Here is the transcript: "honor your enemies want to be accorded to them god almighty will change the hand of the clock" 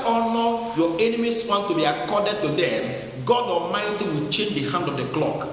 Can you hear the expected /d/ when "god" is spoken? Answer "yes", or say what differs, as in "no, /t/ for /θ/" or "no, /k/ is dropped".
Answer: yes